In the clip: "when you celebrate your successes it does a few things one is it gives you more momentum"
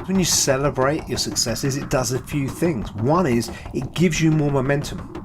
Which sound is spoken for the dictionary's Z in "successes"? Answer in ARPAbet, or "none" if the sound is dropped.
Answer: Z